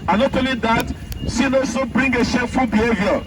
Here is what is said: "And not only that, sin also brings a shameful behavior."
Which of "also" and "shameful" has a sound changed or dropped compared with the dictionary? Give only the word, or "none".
shameful